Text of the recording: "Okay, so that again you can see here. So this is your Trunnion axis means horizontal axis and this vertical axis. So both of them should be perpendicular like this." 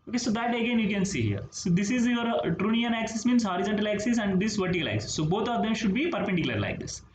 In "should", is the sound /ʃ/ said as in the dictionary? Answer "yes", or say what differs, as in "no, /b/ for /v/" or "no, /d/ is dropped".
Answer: yes